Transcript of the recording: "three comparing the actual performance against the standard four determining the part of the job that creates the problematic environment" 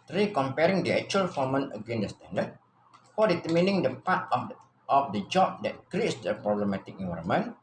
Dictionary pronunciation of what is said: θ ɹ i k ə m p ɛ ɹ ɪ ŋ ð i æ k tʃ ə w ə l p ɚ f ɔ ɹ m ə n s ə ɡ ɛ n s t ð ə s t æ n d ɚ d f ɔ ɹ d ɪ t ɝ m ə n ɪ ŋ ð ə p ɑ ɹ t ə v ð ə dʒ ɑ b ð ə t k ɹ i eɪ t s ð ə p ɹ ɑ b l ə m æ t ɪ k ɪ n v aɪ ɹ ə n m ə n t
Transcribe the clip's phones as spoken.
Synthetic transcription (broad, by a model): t ɹ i k ə m p ɛ ɹ ɪ ŋ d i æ k tʃ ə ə l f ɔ m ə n ə ɡ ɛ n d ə s t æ n d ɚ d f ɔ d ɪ t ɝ m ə n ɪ ŋ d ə p ɑ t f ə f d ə dʒ ɑ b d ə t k ɹ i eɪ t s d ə p ɹ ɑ b l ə m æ t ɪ k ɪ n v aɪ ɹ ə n m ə n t